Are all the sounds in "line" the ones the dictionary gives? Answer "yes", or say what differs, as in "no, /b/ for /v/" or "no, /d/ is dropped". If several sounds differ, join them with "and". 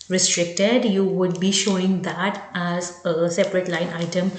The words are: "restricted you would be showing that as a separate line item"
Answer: yes